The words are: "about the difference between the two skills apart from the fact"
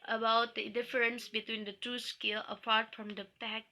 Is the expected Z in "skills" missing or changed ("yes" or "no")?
yes